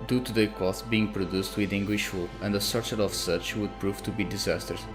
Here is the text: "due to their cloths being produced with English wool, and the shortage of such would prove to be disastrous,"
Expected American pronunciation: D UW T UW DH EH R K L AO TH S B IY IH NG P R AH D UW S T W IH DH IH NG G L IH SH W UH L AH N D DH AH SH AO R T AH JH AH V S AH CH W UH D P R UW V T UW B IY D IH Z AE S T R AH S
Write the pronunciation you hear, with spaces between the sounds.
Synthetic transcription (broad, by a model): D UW T UW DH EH K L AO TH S B IY IH NG P R AH D UW S T W IH DH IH NG G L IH SH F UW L AH N D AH S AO R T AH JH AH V S AH CH W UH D P R UW V T UW B IY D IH Z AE S T R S